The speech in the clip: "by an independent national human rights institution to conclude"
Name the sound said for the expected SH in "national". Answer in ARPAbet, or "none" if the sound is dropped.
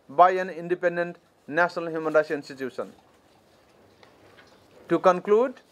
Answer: S